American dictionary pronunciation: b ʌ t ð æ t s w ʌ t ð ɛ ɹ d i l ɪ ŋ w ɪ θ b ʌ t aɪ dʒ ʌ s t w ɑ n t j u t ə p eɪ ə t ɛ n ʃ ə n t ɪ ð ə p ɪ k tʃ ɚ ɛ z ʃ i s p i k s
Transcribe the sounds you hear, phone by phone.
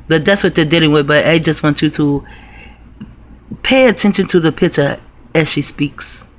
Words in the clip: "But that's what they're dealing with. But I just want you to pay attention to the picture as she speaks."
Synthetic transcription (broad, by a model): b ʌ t ð æ t s w ʌ t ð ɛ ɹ d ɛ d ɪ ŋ w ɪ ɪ b ʌ t aɪ dʒ ʌ s t w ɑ n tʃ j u t ə p eɪ ə t ɛ n ʃ ə n t ɪ ð ə p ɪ tʃ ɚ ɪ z ʃ i s p i k s